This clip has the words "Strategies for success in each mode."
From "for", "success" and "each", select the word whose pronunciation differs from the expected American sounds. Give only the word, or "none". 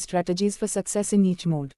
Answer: none